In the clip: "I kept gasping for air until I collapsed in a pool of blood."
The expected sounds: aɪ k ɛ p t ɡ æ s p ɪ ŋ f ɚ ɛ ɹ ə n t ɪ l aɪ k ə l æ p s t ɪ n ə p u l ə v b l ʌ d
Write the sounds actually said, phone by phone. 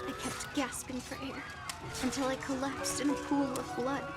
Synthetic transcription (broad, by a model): aɪ k ɛ p t ɡ æ s p ɪ ŋ f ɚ ɛ ɹ ə n t ɪ l aɪ k ə l æ p s t ɪ n ə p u l ə v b l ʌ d